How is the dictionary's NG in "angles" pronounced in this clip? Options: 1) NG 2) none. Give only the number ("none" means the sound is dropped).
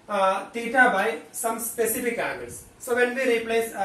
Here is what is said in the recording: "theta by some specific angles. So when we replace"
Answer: 2